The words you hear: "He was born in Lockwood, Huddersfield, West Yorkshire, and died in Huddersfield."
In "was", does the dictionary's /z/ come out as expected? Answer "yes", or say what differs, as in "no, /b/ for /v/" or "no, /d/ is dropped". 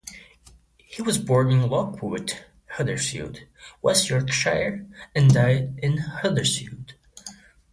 yes